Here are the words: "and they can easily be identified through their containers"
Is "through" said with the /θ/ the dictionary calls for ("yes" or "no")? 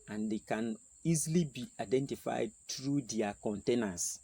no